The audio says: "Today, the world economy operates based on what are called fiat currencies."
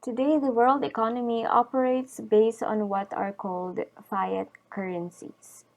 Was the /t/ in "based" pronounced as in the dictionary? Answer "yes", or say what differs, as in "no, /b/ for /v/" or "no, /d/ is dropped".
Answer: yes